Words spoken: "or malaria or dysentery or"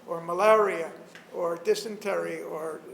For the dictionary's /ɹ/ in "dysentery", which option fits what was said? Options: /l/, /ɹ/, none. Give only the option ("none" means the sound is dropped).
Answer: /ɹ/